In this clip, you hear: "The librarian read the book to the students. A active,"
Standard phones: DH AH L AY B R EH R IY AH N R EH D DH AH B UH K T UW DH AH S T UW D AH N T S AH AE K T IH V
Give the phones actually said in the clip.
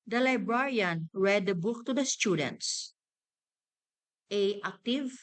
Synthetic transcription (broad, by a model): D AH L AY B R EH R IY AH N R EH D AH B UH K T UW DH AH S T UW D AH N T S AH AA K T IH V